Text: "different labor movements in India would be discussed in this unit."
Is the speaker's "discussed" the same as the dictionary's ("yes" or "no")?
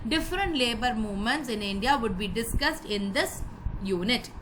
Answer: yes